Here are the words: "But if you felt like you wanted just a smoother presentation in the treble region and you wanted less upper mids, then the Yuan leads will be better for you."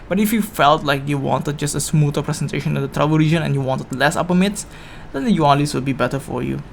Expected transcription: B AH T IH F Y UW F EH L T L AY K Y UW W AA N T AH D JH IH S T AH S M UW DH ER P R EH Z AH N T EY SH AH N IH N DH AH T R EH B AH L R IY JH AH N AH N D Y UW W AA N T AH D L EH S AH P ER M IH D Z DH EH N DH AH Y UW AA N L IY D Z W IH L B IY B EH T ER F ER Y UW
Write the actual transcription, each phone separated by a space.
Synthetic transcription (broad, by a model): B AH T IH F Y UW F EH L T L AY K Y UW W AA N T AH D JH IH S T AH S M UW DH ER P R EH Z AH N T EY SH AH N IH N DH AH T R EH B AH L R IY JH AH N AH N Y UW W AA N T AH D L EH S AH P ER M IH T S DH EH N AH Y UW AA N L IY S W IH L B IY B EH T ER F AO Y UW